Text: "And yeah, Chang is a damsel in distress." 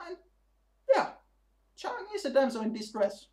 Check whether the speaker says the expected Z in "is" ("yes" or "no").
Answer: no